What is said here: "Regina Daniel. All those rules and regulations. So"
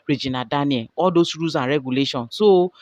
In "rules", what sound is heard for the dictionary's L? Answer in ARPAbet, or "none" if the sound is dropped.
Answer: none